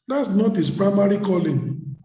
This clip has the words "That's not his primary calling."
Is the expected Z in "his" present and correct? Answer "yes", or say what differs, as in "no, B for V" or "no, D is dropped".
no, S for Z